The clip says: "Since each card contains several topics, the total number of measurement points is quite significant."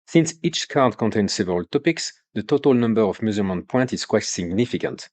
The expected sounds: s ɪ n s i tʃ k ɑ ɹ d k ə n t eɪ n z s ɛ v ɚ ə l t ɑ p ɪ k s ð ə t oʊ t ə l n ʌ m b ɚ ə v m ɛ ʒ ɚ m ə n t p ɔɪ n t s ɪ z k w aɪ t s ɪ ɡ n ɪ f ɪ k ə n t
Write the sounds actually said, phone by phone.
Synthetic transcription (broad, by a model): s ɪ n s i tʃ k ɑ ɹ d k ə n t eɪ n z s ɛ v ɚ ə l t ɑ p ɪ k s ð ə t oʊ t ə l n ʌ m b ɚ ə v m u z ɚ m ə n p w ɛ n t ɪ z k w aɪ t s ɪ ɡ n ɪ f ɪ k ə n t